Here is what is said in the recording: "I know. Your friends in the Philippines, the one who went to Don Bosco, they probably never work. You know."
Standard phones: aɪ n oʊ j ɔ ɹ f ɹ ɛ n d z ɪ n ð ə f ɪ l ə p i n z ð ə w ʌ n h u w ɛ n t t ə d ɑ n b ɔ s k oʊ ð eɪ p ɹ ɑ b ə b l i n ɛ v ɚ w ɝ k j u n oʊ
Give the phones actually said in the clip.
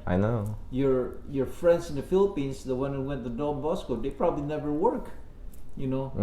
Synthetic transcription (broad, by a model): aɪ n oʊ j ɔ ɹ f ɹ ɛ n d s ɪ n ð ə f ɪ l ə p i n s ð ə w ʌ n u w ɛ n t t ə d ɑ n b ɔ s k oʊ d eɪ p ɹ ɑ b ə b l i n ɛ v ɚ w ɝ k j u n oʊ